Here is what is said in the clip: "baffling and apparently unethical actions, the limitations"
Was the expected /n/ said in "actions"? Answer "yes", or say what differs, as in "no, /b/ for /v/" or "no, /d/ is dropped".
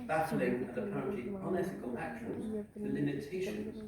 no, /l/ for /n/